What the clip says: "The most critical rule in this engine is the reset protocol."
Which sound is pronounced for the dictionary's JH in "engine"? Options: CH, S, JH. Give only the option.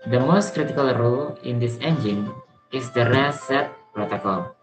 JH